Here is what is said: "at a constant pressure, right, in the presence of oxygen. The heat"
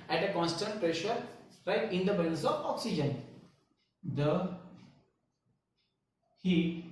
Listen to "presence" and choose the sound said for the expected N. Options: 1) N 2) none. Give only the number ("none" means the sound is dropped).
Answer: 2